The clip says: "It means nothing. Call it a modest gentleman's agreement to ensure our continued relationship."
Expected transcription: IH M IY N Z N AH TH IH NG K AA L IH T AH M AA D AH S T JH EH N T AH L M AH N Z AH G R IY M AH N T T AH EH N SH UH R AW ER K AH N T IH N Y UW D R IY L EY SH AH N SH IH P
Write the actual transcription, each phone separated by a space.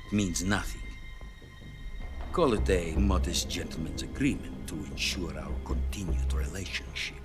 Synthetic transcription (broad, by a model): M IY N Z N AH TH IH NG K AA L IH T AH M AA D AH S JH EH N T L M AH N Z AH G R IY M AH N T T AH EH N SH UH R AW ER K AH N T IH N Y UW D R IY L EY SH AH N SH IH P